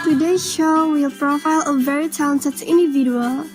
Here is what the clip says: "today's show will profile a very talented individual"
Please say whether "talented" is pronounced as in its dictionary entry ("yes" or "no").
no